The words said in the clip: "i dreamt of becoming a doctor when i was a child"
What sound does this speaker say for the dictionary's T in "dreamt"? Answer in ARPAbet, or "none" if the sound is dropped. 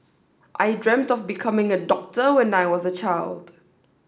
T